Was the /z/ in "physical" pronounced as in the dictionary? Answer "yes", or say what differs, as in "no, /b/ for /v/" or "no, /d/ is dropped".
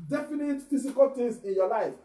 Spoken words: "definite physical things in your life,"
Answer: no, /s/ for /z/